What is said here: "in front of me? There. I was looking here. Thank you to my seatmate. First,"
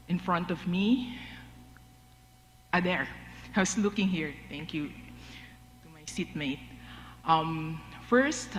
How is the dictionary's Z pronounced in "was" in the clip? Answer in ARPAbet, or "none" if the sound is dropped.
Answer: S